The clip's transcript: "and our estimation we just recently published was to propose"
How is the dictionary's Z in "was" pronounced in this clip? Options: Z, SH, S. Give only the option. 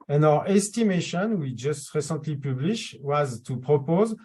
Z